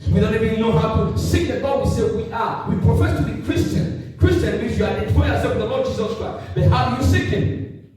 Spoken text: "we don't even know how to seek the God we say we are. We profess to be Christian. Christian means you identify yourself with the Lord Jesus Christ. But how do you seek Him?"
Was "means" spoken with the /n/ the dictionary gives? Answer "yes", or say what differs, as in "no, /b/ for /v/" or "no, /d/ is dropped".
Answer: no, /n/ is dropped